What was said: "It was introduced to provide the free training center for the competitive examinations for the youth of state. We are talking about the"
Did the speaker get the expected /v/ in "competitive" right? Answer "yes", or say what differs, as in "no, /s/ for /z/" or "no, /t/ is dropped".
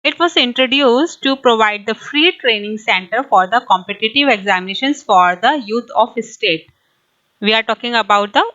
yes